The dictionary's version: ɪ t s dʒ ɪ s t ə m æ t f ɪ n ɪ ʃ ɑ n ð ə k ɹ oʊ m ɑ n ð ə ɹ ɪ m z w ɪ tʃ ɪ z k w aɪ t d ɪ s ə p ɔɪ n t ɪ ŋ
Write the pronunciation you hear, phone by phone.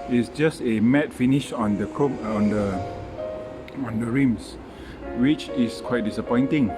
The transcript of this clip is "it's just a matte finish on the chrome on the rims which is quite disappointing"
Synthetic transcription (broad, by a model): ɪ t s dʒ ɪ s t ə m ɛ t f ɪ n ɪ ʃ ɑ n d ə k oʊ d ɑ n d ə ɹ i m s w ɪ tʃ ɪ s k w aɪ t d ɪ s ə p ɔɪ n t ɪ ŋ